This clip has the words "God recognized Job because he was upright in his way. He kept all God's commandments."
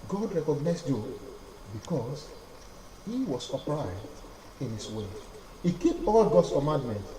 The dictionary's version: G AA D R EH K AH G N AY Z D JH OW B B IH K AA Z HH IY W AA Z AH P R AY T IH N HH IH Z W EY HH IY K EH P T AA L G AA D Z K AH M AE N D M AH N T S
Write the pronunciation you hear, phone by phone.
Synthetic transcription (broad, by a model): G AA D R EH K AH G N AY S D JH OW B B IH K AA S HH IY W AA S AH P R AY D IH N HH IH S W EY HH IY K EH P AA L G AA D S K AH M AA N D M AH N T